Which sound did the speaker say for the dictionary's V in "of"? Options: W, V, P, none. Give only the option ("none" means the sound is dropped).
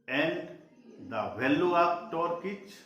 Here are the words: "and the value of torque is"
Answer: P